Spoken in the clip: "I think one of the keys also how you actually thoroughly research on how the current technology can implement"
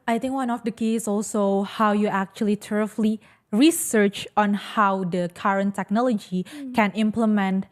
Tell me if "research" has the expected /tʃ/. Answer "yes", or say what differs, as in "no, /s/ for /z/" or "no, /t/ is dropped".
yes